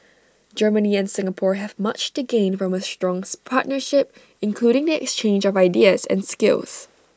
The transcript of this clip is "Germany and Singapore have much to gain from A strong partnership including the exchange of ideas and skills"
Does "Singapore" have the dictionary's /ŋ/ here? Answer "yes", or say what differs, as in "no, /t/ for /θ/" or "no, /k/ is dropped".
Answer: yes